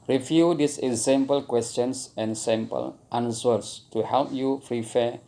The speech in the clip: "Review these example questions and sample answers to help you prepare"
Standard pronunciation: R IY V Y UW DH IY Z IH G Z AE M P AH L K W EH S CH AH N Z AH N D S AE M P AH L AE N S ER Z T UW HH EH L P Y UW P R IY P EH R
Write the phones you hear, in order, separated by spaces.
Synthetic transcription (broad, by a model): R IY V Y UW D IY S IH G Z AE M P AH L K W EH S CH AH N S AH N S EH M P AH L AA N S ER S T UW HH EH L P Y UW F R IY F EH